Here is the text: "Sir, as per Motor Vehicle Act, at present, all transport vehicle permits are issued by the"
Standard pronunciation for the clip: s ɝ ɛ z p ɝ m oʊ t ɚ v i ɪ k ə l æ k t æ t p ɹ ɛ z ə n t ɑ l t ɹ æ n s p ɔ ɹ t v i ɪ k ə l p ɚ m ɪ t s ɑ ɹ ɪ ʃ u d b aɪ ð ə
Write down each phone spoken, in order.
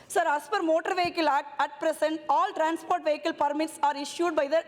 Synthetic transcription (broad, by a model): s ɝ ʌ s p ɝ m oʊ t ɚ v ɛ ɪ k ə l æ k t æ t p ɹ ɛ s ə n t ɑ l t ɹ æ n s p ɔ ɹ t v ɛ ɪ k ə l p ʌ m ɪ t s ɑ ɹ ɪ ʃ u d b aɪ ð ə